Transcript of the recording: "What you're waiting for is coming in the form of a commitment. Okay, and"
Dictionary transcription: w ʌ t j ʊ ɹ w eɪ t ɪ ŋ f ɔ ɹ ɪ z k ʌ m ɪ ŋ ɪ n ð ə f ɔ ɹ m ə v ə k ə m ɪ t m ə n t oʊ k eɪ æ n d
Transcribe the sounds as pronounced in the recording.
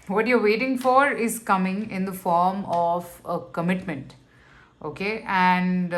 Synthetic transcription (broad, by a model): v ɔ t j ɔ ɹ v eɪ t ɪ ŋ f ɔ ɹ ɪ z k ʌ m ɪ ŋ ɪ n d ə f ɔ ɹ m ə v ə k ə m ɪ t m ə n t oʊ k eɪ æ n d